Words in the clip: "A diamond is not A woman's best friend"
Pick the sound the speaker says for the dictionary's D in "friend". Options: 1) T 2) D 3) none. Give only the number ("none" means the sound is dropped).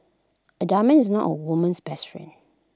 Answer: 3